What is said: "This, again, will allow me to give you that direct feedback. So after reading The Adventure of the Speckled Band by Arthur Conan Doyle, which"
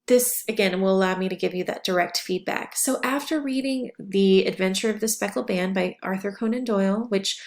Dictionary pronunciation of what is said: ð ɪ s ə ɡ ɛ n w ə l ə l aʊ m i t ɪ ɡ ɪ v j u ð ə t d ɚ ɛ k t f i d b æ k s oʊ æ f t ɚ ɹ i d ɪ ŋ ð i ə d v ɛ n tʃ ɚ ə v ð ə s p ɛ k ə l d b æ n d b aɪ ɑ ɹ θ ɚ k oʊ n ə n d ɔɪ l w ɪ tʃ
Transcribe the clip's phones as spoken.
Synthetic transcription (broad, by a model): ð ɪ s ə ɡ ɛ n w ə l ə l aʊ m i t ɪ ɡ ɪ v j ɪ ð ə t d ɚ ɛ k t f i d b æ k s oʊ æ f t ɚ ɹ i d ɪ ŋ ð i ə d v ɛ n tʃ ɚ ə v ð ə s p ɛ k l b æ n b aɪ ɑ ɹ θ ɚ k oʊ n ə n d ɔɪ l w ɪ tʃ